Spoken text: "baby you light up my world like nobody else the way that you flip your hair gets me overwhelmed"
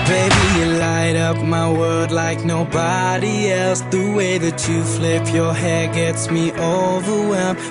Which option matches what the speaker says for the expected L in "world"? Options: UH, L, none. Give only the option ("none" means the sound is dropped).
none